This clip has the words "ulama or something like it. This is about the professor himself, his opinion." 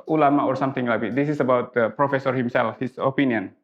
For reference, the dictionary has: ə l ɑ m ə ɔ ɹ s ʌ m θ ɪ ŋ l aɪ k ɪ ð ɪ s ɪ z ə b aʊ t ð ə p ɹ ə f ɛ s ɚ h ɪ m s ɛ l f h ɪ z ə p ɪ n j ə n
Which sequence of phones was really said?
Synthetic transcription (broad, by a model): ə l ɑ m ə ɔ ɹ s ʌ m t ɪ ŋ l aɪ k ɪ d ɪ s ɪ s ə b aʊ t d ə p ɹ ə f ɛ s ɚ h ɪ m s ɛ l f h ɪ s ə p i n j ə n